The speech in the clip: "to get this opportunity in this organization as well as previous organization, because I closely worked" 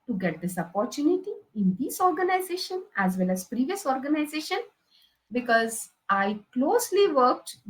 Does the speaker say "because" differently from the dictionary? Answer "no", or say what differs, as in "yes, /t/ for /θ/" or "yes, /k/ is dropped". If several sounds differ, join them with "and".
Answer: no